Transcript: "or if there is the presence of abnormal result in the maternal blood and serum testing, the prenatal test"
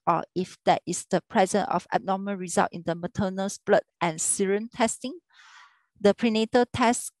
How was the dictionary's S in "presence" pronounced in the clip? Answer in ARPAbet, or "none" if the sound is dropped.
none